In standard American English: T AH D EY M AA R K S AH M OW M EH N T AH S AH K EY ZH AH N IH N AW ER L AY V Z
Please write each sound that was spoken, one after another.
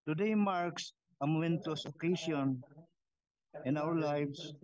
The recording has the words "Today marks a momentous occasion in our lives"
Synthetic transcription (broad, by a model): T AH D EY M AA R K S AH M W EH N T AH S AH K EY S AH N IH N AW ER L AY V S